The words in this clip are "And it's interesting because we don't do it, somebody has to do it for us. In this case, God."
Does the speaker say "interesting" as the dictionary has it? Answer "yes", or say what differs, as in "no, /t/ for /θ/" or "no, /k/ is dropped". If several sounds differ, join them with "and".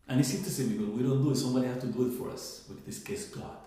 no, /ɹ/ is dropped